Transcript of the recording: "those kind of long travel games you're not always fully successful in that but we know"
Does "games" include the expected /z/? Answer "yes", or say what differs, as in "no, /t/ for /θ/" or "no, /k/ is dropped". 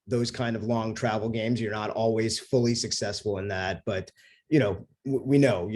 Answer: yes